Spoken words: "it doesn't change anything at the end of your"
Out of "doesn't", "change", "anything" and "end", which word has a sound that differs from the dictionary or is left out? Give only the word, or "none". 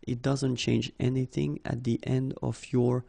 none